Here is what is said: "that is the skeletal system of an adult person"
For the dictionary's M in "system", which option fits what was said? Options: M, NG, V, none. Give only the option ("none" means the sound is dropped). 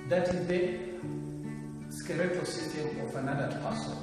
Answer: none